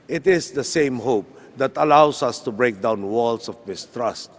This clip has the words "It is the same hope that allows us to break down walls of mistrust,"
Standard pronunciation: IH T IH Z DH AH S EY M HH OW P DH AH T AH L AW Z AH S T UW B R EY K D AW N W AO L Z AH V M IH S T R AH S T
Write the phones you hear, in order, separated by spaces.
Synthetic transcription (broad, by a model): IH T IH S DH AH S EY M HH OW P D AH T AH L AW S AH S T UW B R EY K D AW N W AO L S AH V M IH S T R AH S T